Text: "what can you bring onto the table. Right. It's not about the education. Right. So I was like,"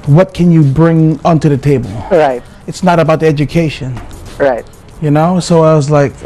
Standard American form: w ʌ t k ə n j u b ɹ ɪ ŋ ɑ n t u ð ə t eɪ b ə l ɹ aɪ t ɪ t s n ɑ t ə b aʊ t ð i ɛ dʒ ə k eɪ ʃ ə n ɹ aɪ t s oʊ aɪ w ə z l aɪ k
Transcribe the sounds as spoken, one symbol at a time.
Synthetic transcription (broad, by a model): w ʌ t k ə n j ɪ b ɹ ɪ ŋ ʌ n t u ð ə t eɪ b ə l ɹ aɪ t ɪ t s n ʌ t ə b aʊ t ð i ɛ dʒ ə k eɪ ʃ ə n ɹ aɪ t s oʊ aɪ w ə z l aɪ k